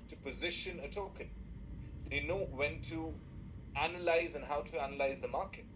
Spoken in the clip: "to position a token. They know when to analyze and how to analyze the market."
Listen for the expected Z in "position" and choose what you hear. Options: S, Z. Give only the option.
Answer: Z